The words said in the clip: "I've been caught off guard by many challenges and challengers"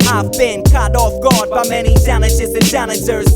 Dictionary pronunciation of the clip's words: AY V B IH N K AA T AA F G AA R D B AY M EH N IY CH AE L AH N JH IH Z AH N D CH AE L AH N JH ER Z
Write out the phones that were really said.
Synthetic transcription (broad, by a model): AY V B IH N K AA T AA F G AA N B AY M EH N IY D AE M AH JH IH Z AH N D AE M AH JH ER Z